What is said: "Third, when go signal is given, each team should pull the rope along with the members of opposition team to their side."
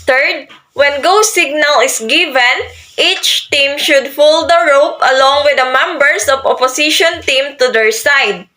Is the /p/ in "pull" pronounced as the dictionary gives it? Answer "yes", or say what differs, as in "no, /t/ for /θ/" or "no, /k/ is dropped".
no, /f/ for /p/